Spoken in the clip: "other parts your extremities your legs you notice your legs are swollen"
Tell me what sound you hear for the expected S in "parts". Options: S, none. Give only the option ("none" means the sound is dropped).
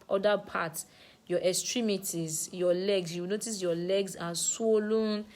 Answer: none